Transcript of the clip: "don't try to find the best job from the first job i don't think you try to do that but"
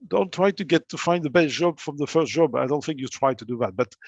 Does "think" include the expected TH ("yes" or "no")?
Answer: yes